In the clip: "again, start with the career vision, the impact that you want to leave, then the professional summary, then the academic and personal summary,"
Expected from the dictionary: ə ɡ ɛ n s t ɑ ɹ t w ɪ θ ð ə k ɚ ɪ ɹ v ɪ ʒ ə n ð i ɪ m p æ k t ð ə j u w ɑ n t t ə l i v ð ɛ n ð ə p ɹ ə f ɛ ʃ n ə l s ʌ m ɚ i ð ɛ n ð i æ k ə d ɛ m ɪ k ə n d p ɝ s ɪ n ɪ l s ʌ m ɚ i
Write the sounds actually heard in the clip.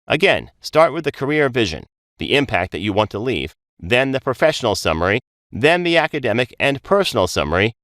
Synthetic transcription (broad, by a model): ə ɡ ɛ n s t ɑ ɹ t w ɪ ð ə k ɚ ɪ ɹ v ɪ ʒ ə n ð i ɪ m p æ k t ð ə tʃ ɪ w ɑ n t t ə l i v ð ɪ n ð ə p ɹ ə f ɛ ʃ n l s ʌ m ɚ i ð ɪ n ð i æ k ə d ɛ m ɪ k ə n p ɝ s n l s ʌ m ɚ i